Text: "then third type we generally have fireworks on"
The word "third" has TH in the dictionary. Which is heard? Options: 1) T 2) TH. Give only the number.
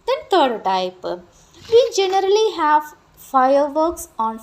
1